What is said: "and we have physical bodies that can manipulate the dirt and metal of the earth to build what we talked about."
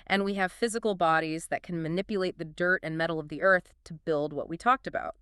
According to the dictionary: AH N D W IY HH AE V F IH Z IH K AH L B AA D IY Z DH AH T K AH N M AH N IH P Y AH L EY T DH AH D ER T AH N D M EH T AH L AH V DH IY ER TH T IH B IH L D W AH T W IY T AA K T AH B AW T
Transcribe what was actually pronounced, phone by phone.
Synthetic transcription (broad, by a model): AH N W IY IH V F IH Z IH K L B AA D IY Z DH AH T K AH N M AH N IH P Y AH L EY T DH AH D ER T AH N M EH T L AH V DH IY ER TH T IH B IH L D W AH T W IY T AA K T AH B AW T